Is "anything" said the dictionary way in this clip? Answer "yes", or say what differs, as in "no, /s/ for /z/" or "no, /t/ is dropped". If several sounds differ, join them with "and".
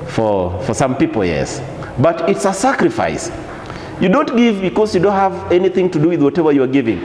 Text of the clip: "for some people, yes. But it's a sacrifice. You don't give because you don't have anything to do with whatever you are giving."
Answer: yes